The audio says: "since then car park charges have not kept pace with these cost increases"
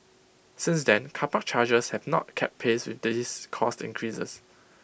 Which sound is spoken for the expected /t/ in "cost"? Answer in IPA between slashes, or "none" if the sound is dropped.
/t/